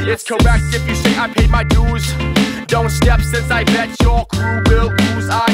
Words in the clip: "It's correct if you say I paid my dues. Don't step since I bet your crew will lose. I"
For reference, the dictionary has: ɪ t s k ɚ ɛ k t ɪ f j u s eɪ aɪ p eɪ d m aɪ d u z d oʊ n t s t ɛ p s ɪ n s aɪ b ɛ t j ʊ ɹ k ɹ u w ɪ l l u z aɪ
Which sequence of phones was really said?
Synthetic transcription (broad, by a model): ɪ t s k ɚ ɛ k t ɪ f j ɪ s eɪ aɪ p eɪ m aɪ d u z d oʊ n t s t ɛ p s ɪ n s aɪ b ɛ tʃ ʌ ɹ k ɹ u w ɪ l n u z aɪ